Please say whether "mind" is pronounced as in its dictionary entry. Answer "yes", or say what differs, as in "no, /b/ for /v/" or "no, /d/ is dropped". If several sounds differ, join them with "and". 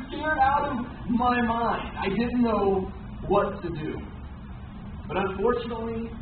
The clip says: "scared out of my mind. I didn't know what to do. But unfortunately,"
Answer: yes